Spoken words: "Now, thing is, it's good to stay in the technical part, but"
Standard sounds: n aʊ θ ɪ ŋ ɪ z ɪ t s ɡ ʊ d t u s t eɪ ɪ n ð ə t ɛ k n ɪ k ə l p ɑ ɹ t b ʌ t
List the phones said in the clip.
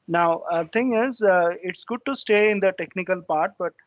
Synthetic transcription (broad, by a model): n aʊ t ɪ ŋ ɪ z ɪ t s ɡ ʊ d t u s t eɪ ɪ n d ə t ɛ k n ɪ k ə l p ɑ ɹ t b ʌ t